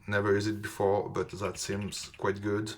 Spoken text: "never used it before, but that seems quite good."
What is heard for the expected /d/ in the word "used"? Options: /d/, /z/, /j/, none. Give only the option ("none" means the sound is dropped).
none